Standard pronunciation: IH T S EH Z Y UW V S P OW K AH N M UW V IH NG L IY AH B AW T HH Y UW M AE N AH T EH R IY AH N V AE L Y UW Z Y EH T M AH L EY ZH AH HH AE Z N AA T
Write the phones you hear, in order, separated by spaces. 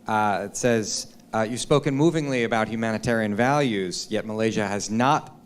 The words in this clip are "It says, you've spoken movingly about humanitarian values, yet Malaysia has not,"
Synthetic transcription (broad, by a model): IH T S EH Z Y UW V S P OW K AH N M UW V IH NG L IY AH B AW T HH Y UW M AE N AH T EH R IY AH N V AE L Y UW Z Y EH T M AH L EY ZH AH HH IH Z N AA T